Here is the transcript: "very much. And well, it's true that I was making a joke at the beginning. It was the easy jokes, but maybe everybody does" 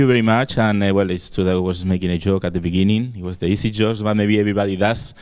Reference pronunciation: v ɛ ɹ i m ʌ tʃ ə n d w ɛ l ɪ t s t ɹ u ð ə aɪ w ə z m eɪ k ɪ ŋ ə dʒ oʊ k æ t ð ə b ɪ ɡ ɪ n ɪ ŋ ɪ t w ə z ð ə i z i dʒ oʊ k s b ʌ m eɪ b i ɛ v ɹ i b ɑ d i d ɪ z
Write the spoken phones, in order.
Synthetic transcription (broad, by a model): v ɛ ɹ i m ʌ tʃ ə n w ɛ l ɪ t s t u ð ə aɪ w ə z m eɪ k ɪ ŋ ə dʒ oʊ k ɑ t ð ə b ɪ ɡ ɪ n ɪ ŋ ɪ t w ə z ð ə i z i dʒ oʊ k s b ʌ m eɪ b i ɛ v ɹ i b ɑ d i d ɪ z